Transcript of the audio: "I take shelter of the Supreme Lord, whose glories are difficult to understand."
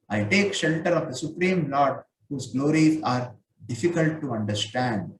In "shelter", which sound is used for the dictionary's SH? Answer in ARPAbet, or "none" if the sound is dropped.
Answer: SH